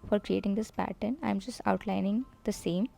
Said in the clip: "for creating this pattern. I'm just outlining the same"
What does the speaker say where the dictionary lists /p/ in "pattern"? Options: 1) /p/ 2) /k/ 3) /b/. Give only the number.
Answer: 1